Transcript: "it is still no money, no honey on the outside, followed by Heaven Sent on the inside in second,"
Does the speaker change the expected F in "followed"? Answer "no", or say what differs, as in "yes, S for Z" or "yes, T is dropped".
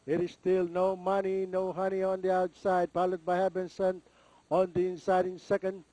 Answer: yes, P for F